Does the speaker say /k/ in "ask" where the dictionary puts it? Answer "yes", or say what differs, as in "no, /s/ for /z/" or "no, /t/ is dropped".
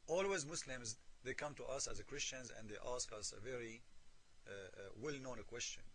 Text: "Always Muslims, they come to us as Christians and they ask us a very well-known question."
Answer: yes